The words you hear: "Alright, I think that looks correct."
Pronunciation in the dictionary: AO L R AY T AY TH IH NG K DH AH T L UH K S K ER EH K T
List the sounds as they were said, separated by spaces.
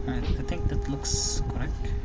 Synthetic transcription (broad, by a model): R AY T AY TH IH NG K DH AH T L UH K S K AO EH K T